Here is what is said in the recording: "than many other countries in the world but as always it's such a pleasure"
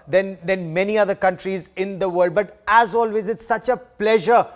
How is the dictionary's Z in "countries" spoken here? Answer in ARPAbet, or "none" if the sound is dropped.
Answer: Z